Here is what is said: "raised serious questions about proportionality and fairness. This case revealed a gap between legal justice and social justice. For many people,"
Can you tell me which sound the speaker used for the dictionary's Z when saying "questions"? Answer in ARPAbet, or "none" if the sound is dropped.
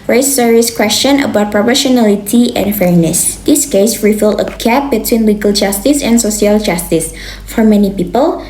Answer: none